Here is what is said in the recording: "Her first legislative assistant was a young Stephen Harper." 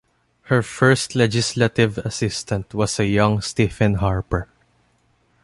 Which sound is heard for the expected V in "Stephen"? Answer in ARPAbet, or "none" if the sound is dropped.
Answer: F